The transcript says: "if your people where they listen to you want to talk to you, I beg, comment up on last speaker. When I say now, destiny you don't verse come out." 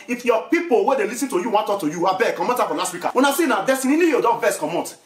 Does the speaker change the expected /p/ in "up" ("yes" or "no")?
yes